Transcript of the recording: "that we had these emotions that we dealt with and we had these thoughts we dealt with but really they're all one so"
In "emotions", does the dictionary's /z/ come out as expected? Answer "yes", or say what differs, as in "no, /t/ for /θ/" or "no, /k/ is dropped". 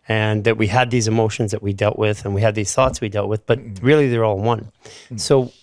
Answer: yes